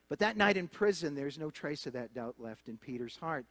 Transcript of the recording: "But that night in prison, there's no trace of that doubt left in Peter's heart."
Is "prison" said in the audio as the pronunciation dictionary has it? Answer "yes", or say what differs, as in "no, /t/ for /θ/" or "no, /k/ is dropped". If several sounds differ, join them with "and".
yes